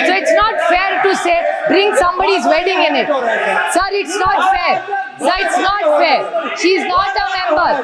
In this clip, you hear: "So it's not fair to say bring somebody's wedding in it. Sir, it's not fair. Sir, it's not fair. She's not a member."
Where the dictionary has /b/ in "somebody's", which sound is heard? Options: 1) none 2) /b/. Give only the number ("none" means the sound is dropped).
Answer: 2